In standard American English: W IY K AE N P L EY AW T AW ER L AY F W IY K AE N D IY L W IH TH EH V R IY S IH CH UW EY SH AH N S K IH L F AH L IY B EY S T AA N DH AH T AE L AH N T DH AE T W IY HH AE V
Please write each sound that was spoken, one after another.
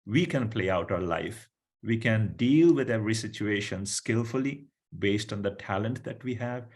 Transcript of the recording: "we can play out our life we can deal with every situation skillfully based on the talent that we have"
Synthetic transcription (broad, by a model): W IY K AE N P L EY AW T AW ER L AY F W IY K AE N D IY L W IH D EH V R IY S IH CH UW EY SH AH N S K IH L F AH L IY B EY S T AA N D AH T AE L AH N T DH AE T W IY HH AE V